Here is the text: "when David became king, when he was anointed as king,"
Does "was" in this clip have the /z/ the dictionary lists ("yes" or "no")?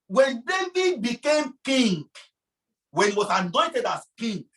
no